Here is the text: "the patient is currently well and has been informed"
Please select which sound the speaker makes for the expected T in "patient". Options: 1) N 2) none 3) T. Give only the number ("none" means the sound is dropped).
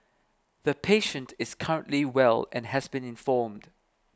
3